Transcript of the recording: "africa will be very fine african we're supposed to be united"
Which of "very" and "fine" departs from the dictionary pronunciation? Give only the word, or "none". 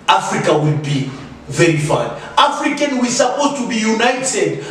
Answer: fine